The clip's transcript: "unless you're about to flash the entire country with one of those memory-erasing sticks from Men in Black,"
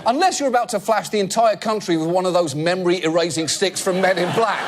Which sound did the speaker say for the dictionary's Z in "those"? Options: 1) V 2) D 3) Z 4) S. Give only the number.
3